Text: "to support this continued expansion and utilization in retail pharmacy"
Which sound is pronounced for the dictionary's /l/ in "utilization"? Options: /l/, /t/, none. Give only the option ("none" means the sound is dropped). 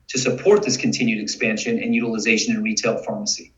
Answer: /l/